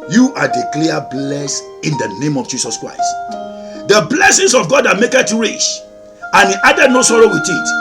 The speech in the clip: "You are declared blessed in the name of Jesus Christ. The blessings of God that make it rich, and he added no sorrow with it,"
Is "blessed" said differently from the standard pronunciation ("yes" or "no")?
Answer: yes